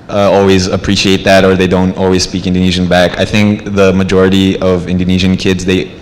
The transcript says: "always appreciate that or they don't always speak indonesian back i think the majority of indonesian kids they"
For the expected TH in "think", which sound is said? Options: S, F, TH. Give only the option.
TH